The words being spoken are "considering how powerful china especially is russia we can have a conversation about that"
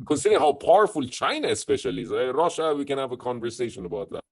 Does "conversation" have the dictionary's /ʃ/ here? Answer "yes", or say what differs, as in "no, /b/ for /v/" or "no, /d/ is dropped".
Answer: yes